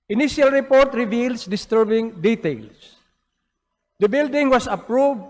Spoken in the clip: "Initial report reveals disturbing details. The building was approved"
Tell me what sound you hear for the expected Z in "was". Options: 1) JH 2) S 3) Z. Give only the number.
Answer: 2